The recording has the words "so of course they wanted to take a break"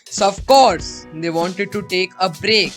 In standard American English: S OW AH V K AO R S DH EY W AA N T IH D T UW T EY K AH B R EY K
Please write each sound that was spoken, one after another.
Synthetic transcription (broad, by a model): S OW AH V K AO R S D EY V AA N T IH D T UW T EY K AH B R EY K